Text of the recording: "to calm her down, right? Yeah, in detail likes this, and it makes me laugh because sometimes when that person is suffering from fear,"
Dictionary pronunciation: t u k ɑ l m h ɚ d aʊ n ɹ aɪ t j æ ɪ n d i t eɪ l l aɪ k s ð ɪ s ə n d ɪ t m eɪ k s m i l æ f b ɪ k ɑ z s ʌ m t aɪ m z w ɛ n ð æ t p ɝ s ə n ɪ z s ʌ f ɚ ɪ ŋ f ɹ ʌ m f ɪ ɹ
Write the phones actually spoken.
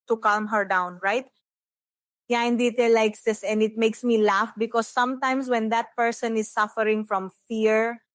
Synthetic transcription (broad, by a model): t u k ɑ l m h ɚ d aʊ n ɹ aɪ t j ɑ ɪ n d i t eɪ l l aɪ k s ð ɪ s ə n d ɪ t m eɪ k s m i l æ f b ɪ k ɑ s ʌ m t aɪ m s w ɛ n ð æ t p ɝ s ə n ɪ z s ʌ f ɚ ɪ ŋ f ɹ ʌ m f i ɹ